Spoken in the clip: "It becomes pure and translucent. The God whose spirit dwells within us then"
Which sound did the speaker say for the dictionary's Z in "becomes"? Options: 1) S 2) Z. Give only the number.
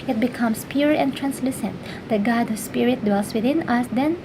1